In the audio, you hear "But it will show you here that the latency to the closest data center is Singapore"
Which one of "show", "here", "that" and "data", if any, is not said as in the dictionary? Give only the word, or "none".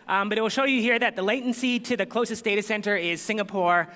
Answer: none